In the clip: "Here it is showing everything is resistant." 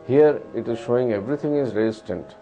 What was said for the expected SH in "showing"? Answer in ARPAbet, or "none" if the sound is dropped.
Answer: SH